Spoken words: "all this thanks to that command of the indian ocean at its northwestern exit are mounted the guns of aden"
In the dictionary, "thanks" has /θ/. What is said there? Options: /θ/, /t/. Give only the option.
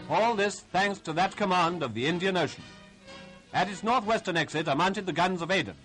/θ/